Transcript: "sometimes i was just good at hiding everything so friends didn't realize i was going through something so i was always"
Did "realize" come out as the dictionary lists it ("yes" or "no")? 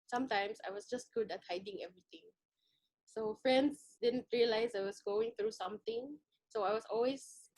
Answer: no